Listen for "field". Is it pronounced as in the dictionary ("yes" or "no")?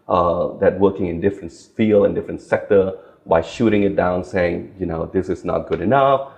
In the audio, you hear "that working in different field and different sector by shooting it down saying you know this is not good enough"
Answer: no